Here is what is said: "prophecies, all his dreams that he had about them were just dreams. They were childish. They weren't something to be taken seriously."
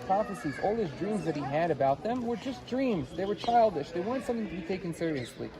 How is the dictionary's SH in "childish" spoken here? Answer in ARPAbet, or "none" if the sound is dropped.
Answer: SH